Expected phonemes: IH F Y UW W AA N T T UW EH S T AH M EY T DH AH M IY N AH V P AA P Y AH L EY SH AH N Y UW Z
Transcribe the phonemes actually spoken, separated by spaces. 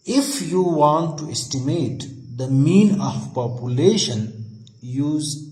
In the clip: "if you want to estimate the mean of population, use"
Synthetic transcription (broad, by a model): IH F Y UW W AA N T T UW EH S T AH M EY T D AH M IY N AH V P AA P Y AH L EY SH AH N Y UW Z